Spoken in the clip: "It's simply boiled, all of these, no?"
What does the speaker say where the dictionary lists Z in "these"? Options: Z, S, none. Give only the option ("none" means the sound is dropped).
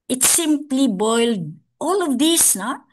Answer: S